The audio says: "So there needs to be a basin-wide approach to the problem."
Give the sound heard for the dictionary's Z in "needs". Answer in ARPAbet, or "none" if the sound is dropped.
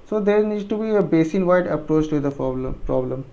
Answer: none